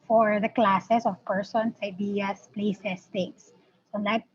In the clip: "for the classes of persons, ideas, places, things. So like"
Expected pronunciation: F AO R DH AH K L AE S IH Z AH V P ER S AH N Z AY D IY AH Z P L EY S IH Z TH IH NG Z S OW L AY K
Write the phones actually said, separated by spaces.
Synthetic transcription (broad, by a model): F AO R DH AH K L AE S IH S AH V P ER S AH N S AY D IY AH S P L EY S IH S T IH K S OW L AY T